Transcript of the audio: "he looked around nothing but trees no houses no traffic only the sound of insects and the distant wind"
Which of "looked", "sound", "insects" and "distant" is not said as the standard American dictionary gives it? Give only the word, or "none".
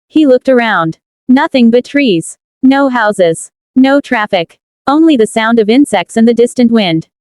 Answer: none